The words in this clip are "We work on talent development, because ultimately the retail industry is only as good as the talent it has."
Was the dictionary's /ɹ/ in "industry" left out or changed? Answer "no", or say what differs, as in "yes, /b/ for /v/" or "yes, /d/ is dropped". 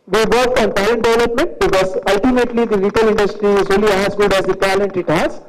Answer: no